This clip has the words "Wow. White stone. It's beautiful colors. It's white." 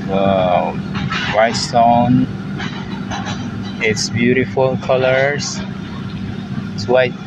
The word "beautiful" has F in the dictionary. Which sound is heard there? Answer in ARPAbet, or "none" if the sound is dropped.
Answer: F